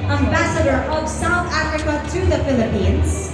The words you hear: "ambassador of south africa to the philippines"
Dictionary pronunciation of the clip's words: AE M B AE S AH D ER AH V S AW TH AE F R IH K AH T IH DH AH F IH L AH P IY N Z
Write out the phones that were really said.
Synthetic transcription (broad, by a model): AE M B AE S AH D ER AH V S AW TH AE F R IH K AH T IH DH AH F IH L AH P IY N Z